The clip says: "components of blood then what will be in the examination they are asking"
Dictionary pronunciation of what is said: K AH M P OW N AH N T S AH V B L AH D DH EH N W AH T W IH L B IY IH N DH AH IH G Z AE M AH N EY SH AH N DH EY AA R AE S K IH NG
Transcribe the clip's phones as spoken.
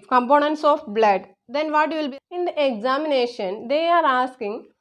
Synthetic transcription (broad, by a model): K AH M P OW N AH N T S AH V B L AH D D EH N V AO T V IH L B IY IH N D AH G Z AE M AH N EY SH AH N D EY AA R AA S K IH NG